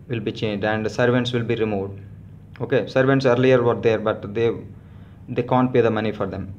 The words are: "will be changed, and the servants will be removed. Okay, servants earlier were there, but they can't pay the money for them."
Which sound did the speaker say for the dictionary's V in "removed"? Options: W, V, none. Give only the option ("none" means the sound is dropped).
V